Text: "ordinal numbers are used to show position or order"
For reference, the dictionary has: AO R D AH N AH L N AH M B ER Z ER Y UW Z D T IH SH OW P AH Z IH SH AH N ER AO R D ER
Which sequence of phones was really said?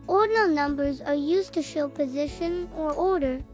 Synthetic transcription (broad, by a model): AO R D N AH L N AH M B ER Z ER Y UW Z T IH SH OW P AH Z IH SH AH N ER AO R D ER